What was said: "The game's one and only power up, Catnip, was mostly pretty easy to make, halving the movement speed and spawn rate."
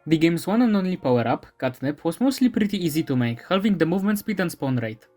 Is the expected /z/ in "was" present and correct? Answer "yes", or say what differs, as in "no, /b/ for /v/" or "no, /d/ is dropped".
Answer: no, /s/ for /z/